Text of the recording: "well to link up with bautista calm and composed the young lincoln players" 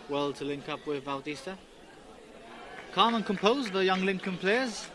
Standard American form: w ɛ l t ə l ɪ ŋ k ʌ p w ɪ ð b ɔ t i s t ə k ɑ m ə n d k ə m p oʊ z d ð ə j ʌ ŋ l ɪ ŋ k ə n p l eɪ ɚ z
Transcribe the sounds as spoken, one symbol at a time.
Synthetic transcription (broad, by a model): w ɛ l t ə l ɪ ŋ k ʌ p w ɪ ð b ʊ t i s t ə k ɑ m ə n k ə m p oʊ z ð ə j ʌ ŋ l ɪ ŋ k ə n p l eɪ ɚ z